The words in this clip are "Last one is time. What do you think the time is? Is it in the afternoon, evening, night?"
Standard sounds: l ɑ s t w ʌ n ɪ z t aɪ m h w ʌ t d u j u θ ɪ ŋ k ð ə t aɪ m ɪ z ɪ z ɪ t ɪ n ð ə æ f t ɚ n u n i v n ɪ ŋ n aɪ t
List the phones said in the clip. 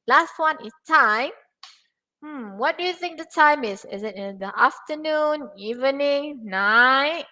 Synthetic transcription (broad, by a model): l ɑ s t w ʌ n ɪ s t aɪ m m w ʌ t d u j u θ ɪ ŋ k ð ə t aɪ m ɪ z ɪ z ɪ t ɪ n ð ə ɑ f t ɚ n u n i v n ɪ ŋ n aɪ t